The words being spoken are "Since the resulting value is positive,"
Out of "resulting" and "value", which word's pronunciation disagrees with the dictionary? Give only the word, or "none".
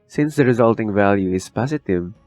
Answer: none